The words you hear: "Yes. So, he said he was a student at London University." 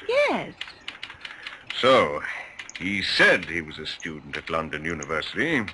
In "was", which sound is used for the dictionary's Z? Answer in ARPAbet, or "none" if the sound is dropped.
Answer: Z